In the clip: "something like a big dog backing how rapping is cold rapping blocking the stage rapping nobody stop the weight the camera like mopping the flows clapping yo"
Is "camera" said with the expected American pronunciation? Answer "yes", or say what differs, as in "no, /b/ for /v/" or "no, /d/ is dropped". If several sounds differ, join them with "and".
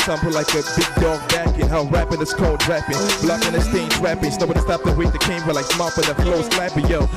no, /w/ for /ɹ/